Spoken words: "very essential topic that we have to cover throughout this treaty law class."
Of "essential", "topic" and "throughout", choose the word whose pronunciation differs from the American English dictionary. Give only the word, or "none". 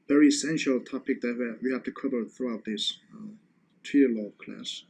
none